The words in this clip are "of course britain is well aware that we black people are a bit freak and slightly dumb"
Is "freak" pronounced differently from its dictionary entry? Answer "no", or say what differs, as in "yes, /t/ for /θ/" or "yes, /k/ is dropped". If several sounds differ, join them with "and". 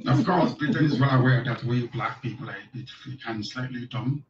yes, /l/ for /ɹ/